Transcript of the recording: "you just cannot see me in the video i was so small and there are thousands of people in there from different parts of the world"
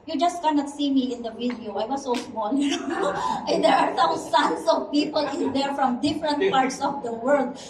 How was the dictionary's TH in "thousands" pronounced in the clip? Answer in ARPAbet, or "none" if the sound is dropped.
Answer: S